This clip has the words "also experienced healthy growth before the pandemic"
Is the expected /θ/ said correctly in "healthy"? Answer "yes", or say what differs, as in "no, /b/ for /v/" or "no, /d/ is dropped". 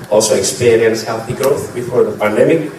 yes